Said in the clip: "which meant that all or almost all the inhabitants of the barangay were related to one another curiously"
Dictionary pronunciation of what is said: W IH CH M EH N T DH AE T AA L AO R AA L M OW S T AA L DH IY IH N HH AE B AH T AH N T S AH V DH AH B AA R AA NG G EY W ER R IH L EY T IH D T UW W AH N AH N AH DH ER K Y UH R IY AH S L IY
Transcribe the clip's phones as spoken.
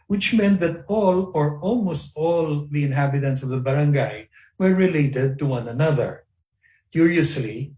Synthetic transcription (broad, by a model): W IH CH M EH N T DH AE T AA L AO R AA L M OW S T AA L DH IY IH N HH AE B AH T AH N T S AH V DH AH B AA R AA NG G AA W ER R IH L EY T IH D T UW W AH N AH N AH DH ER K Y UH R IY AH S L IY